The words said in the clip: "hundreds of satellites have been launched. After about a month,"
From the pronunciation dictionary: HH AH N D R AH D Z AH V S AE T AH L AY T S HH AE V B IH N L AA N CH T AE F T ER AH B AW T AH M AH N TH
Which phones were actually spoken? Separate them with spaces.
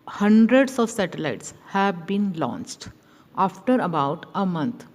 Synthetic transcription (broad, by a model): HH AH N D R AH D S AH V S AE T AH L AY T S HH AE V B IH N L AA N CH T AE F T ER AH B AW T AH M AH N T